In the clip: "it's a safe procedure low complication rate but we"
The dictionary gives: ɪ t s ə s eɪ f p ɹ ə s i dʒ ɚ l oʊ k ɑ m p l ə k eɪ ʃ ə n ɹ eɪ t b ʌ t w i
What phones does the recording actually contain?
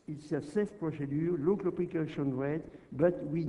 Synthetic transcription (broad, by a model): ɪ t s ə s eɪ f p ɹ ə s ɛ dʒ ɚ l oʊ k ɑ p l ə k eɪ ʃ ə n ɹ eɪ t b ʌ t w i